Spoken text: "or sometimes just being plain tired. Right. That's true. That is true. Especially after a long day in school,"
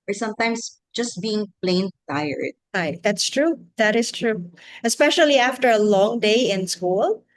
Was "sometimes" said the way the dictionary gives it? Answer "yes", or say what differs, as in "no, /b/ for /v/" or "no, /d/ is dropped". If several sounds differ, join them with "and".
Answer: no, /s/ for /z/